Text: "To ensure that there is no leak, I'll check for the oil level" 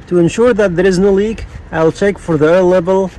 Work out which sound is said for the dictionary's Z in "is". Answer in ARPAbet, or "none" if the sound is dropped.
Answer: Z